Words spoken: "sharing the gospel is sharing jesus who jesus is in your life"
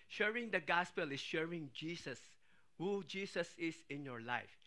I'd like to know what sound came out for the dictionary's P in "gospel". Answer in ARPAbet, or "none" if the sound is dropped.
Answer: P